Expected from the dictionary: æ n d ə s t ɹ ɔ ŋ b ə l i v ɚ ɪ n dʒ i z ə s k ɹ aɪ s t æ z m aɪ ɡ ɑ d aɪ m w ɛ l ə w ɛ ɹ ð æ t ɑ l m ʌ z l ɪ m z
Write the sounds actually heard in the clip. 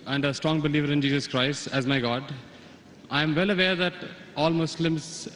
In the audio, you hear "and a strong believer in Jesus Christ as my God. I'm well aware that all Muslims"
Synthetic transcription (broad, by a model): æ n d ə s t ɹ ɔ ŋ b ə l i v ɚ ɪ n dʒ i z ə s k ɹ aɪ s t æ z m aɪ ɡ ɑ d aɪ m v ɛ l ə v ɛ ɹ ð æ t ɑ l m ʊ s l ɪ m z